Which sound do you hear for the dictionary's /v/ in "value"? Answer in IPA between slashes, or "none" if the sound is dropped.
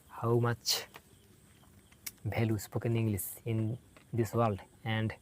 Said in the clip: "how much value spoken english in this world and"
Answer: /b/